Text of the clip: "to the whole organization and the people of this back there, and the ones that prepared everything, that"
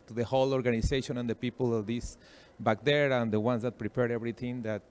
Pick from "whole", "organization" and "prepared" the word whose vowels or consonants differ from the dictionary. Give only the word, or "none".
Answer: organization